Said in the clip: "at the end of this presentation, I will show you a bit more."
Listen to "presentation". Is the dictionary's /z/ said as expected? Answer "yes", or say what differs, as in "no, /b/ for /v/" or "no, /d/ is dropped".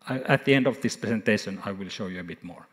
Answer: no, /s/ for /z/